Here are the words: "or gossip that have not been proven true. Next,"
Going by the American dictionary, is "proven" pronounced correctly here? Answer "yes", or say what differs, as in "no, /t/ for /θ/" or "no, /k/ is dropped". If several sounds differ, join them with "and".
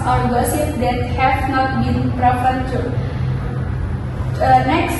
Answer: no, /p/ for /v/